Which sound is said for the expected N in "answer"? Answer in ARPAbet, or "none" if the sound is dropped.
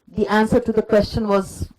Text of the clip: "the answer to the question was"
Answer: N